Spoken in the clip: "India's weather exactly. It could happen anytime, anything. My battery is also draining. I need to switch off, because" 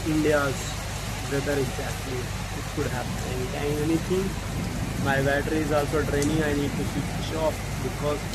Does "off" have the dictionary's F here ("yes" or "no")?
no